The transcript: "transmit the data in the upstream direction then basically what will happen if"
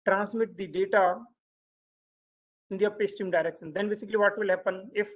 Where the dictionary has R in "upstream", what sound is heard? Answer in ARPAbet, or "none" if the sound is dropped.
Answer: none